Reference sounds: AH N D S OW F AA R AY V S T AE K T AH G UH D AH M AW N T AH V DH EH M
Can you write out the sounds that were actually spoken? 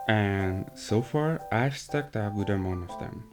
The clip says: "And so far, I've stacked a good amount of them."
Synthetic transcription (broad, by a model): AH N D S OW F AA R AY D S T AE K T AH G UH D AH M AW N AH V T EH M